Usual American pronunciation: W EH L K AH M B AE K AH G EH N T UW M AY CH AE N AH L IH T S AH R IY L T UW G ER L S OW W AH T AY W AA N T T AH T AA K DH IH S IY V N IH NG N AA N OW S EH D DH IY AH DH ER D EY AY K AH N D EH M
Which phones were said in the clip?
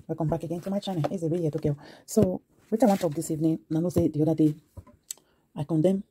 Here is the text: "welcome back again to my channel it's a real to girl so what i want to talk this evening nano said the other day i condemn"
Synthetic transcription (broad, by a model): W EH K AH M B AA K AH G EH N T UW M AY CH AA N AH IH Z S AH W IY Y T UW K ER S OW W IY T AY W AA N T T T AA K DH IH S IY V N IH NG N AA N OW S EH D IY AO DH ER D EY AY K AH N D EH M